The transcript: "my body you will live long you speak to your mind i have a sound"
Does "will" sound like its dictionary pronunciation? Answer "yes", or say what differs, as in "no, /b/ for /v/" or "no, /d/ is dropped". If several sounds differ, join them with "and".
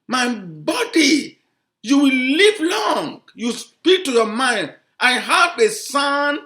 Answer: yes